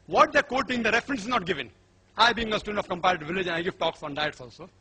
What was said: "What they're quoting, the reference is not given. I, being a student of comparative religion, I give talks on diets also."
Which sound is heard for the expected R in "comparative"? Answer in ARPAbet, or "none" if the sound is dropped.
none